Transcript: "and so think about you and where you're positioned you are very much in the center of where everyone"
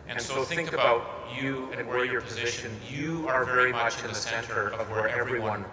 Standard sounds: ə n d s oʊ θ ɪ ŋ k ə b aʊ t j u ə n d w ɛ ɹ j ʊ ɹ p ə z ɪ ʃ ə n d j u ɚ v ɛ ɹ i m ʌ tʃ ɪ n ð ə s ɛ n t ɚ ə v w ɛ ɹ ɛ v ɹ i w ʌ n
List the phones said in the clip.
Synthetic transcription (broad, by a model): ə n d s oʊ θ ɪ ŋ k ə b aʊ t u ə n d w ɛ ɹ j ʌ ɹ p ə z ɪ ʃ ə n j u ɚ v ɛ ɹ i m ʌ tʃ ɪ n ð ə s ɛ n t ɚ ə v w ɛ ɹ ɛ v ɹ i w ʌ n